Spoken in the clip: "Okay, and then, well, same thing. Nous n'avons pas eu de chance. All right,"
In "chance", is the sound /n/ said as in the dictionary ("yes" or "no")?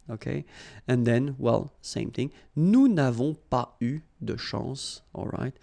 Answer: no